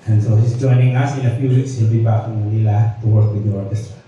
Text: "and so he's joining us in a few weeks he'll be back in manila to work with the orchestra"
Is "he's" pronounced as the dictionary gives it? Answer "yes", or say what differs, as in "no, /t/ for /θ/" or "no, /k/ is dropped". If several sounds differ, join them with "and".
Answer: no, /s/ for /z/